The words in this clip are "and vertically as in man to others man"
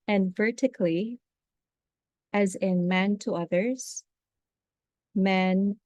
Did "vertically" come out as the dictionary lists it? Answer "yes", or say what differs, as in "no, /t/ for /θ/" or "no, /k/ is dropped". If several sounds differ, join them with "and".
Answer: yes